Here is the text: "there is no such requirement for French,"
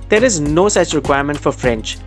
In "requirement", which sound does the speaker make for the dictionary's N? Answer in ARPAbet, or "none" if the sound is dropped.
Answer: N